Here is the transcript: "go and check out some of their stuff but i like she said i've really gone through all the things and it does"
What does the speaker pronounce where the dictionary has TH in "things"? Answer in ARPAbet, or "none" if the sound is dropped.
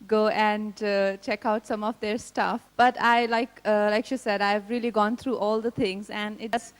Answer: T